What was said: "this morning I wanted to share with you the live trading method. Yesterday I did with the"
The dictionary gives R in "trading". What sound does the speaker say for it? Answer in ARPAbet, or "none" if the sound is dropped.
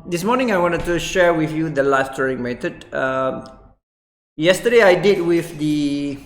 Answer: none